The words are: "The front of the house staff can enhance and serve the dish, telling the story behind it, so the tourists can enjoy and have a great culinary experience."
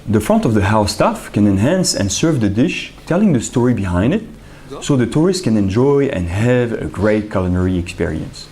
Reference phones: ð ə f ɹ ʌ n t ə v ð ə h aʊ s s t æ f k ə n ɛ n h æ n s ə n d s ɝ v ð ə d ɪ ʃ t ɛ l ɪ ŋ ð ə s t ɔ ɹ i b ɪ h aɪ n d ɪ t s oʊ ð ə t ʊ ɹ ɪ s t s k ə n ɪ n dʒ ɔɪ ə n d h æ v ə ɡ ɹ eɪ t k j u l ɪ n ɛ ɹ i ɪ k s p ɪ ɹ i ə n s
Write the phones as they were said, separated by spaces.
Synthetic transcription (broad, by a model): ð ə f ɹ ʌ n t ə v ð ə h aʊ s s t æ f k ə n ɛ n h æ n s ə n s ɝ v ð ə d ɪ ʃ t ɛ l ɪ ŋ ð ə s t ɔ ɹ i b ɪ h aɪ n d ɪ t s oʊ ð ə t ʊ ɹ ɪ s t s k ə n ɪ n dʒ ɔɪ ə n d h æ v ə ɡ ɹ eɪ t k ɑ l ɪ n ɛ ɹ i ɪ k s p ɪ ɹ i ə n s